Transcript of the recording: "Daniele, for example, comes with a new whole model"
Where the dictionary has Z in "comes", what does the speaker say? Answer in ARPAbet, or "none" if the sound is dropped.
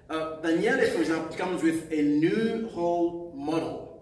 Z